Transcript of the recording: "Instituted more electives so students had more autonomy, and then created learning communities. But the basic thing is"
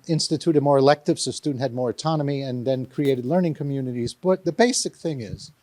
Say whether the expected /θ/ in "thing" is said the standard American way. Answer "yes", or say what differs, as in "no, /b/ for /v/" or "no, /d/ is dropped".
yes